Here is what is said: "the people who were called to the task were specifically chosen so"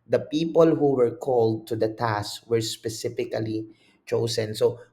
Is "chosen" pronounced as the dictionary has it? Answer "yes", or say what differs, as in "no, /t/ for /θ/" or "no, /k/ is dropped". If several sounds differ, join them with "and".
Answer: no, /s/ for /z/